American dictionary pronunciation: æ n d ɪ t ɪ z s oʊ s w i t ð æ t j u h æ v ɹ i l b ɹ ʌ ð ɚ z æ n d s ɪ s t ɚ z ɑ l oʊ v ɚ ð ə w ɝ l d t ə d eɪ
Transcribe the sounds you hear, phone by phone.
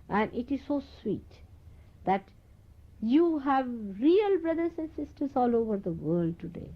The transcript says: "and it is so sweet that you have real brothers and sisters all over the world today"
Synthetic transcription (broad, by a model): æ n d ɪ t ɪ z s oʊ s w i t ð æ t j u h æ v ɹ i l b ɹ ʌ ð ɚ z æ n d s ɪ s t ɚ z ɑ l oʊ v ɚ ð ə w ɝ l d t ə d eɪ